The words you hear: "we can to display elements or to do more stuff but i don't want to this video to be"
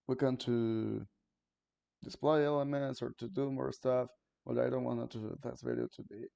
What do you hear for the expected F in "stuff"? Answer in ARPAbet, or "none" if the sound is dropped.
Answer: F